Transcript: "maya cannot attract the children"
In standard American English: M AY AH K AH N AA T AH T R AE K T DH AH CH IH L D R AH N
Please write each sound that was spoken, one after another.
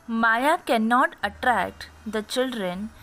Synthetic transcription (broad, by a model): M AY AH K AH N AA T AH T R AE K T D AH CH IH L D R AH N